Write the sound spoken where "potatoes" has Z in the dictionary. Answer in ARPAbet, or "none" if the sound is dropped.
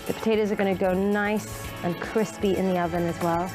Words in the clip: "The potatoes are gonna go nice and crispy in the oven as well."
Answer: Z